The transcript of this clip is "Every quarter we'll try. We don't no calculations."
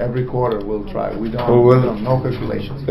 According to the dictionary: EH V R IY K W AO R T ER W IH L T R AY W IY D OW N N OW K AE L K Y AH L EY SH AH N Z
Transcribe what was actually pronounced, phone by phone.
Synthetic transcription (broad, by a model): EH V R IY K W AO R T ER W IH L T R AY W IY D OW L N OW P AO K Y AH L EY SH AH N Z